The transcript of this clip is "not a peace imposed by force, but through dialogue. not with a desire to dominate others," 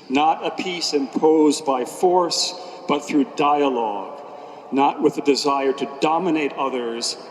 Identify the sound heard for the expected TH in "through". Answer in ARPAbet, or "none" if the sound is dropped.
TH